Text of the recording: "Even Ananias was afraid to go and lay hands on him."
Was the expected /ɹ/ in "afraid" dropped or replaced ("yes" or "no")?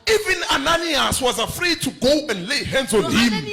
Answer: no